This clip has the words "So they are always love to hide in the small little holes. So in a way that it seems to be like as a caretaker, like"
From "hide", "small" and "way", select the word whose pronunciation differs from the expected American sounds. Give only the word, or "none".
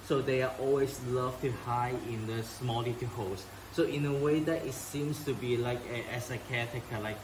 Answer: hide